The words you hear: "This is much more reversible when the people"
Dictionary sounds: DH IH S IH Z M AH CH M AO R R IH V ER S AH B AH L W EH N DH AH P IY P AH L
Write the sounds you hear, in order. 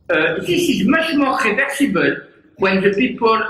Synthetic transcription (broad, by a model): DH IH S IH Z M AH SH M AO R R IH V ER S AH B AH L W EH N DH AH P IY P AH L